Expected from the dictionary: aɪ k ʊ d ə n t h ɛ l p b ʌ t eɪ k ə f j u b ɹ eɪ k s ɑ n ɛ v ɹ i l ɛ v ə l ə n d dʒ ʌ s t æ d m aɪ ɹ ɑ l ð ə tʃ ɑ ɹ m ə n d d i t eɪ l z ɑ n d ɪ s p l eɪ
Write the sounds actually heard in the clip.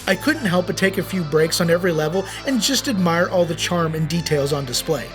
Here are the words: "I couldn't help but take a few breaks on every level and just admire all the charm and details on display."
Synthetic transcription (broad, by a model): aɪ k ʊ d n t h ɛ l p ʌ t eɪ k ə f j u b ɹ eɪ k s n ɛ v ɹ i l ɛ v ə l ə n dʒ ʌ s t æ d m aɪ ɹ ɑ l ð ə tʃ ɑ ɹ m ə n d d i t eɪ l z n d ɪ s p l eɪ